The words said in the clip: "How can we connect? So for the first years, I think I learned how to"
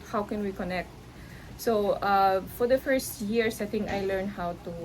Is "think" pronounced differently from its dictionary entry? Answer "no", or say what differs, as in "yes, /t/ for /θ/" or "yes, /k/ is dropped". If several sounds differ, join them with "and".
yes, /t/ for /θ/ and /k/ is dropped